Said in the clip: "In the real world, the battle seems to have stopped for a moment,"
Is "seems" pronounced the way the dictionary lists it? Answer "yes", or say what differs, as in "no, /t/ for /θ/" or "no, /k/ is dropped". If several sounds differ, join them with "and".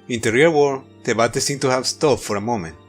no, /z/ is dropped